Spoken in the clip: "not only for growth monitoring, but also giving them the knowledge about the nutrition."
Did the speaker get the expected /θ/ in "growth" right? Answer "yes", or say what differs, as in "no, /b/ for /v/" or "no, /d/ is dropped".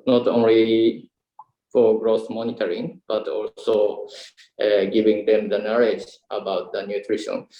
no, /s/ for /θ/